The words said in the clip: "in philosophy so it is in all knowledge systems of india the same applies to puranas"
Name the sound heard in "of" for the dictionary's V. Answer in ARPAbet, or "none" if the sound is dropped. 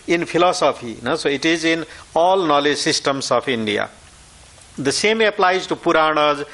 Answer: P